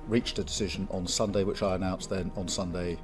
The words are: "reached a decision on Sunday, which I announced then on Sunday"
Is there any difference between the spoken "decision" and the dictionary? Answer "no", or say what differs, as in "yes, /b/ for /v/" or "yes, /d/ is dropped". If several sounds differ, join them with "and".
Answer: no